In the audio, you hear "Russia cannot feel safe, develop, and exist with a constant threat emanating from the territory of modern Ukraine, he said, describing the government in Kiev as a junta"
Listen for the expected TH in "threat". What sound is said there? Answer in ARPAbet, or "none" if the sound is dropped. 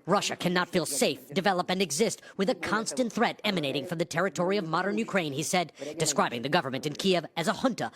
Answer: TH